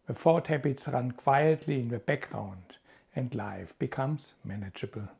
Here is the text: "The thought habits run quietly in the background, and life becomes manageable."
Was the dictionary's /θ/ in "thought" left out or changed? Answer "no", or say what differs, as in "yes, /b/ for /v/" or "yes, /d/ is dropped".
yes, /f/ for /θ/